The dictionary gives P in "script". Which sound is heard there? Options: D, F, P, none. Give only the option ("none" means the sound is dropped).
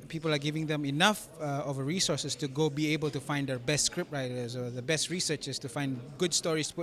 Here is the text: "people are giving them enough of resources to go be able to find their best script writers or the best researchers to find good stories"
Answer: P